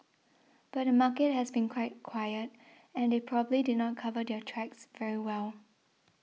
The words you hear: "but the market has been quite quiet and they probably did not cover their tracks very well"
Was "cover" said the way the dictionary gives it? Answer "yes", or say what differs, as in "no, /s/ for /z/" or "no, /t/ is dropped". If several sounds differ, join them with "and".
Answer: yes